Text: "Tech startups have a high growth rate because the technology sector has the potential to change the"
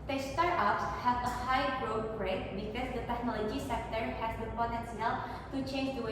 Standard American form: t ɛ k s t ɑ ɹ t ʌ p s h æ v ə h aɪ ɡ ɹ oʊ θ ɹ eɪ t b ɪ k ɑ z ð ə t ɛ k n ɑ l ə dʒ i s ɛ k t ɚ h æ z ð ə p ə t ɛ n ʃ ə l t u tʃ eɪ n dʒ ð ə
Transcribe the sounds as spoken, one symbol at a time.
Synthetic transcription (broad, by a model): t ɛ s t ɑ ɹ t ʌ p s h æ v ə h aɪ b ɹ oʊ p ɹ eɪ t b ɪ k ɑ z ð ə t ɛ k n ɑ l ə dʒ i s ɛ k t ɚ h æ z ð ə p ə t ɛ n s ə l t u tʃ eɪ n dʒ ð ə